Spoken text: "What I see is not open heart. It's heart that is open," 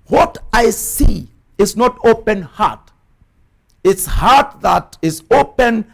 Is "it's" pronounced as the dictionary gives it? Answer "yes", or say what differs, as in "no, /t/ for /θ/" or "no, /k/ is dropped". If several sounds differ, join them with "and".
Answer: yes